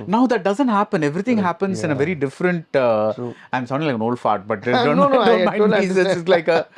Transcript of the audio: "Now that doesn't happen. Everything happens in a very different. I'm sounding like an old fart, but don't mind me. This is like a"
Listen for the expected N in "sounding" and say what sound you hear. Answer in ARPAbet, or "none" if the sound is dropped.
none